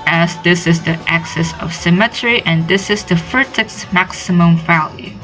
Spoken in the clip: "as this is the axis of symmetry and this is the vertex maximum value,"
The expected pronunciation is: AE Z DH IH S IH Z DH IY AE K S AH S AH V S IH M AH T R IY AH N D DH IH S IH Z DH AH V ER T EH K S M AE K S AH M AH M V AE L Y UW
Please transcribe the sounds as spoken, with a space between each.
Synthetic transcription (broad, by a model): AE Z DH IH S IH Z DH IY AE K S AH S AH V S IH M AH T R IY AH N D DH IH S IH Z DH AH F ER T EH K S M AE K S AH M AH M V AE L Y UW